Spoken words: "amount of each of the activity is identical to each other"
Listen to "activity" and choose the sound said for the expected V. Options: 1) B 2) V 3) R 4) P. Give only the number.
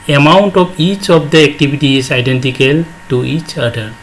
1